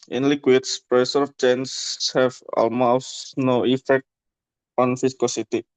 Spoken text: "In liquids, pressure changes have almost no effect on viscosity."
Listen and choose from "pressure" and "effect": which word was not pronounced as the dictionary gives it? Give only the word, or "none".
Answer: pressure